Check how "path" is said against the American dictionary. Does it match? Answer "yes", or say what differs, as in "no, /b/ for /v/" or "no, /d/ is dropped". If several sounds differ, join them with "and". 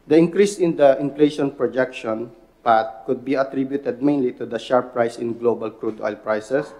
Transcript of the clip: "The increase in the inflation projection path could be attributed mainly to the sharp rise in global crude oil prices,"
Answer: no, /t/ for /θ/